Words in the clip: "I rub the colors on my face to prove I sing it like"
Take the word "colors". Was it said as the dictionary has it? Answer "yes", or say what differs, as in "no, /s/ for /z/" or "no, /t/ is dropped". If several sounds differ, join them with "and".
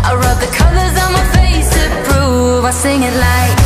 yes